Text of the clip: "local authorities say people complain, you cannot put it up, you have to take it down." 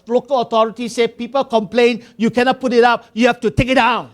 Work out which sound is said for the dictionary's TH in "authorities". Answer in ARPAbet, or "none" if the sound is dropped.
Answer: T